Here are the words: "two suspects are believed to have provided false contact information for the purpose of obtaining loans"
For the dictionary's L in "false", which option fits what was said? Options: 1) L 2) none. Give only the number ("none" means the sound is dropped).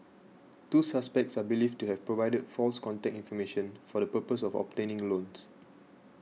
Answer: 1